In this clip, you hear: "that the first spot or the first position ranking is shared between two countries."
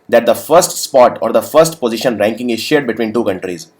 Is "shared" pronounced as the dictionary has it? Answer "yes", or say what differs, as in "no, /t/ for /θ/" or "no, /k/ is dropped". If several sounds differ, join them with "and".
yes